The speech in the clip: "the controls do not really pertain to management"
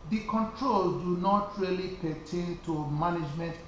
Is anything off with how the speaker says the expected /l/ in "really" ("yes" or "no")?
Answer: no